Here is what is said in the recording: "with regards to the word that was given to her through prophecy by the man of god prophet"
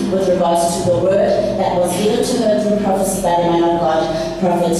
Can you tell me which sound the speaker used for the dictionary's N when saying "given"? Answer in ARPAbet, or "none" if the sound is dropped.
L